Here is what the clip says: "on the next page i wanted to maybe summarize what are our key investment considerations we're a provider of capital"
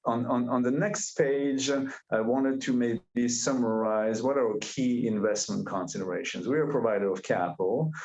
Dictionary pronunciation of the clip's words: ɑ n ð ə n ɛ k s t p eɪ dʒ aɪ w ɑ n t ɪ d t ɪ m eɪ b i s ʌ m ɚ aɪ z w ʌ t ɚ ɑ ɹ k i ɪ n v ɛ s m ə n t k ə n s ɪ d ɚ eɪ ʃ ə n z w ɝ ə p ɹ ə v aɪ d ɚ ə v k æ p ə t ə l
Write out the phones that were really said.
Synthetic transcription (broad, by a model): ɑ n ð ə n ɛ k s t p eɪ dʒ aɪ w ɑ n t ɪ d t ɪ m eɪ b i s ʌ m ɚ aɪ z w ʌ t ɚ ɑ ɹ k i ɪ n v ɛ s m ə n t k ə n s ɪ d ɚ eɪ ʃ ə n z w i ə p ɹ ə v aɪ d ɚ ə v k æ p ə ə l